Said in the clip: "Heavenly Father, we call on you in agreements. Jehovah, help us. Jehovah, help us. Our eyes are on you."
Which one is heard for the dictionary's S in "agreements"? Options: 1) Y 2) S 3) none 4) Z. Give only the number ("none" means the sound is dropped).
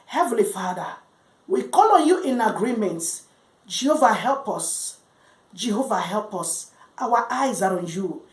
3